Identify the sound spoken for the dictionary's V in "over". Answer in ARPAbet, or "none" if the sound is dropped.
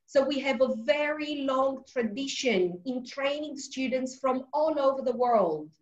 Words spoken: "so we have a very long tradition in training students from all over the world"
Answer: V